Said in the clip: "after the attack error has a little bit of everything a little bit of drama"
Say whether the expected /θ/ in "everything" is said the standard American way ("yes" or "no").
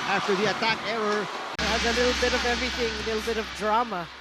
yes